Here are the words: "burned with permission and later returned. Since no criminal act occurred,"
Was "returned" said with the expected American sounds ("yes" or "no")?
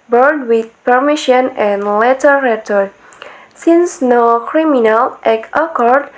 no